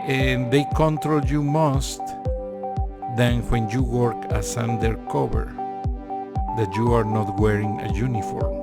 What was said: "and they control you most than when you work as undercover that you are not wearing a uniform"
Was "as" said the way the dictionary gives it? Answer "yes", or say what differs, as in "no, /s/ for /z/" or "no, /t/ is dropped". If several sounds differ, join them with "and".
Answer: no, /s/ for /z/